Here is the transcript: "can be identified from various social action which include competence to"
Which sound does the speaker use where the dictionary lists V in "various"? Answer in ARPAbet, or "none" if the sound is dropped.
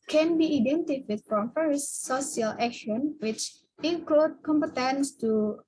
F